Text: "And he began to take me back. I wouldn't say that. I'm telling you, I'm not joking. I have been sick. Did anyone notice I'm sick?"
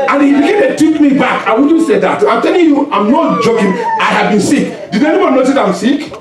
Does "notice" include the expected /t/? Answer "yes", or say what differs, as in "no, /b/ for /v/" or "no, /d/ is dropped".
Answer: no, /s/ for /t/